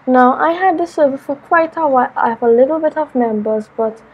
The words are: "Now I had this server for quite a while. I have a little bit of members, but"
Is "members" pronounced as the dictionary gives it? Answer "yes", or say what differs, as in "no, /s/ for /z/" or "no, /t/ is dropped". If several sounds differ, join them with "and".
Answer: yes